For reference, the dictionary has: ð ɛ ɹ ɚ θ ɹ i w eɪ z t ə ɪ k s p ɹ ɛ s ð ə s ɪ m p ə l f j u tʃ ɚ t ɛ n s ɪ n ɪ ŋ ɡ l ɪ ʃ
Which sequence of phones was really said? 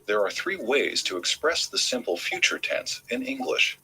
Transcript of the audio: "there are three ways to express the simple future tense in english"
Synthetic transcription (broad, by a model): ð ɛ ɹ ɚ θ ɹ i w eɪ z t ə ɪ k s p ɹ ɛ s ð ə s ɪ m p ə l f j u tʃ ɚ t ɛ n s ɪ n ɪ ŋ ɡ l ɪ ʃ